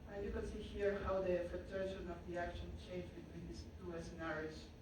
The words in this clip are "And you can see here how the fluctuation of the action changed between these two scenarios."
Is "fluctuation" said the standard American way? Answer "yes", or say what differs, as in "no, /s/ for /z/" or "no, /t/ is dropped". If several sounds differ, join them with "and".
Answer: no, /l/ is dropped